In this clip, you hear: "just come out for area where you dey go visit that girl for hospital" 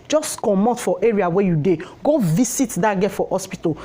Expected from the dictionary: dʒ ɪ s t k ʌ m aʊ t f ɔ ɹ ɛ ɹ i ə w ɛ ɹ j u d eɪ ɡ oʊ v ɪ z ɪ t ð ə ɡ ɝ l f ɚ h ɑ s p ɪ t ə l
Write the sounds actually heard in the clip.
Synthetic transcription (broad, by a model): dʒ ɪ s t k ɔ m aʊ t f ɔ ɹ ɛ ɹ i ə w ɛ j u d eɪ ɡ oʊ v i s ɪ t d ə ɡ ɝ f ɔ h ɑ s p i t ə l